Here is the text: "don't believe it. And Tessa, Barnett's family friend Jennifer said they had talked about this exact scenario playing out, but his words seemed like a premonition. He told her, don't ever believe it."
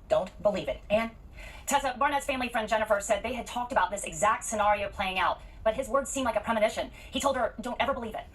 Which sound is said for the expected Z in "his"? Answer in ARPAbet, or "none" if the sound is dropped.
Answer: Z